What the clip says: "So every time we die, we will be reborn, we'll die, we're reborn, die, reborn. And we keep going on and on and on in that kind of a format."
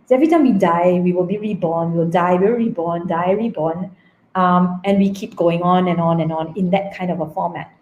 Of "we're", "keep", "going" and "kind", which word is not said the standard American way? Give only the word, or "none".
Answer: we're